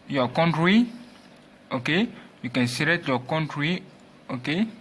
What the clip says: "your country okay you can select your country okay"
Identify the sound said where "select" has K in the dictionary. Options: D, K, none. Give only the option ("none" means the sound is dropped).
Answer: none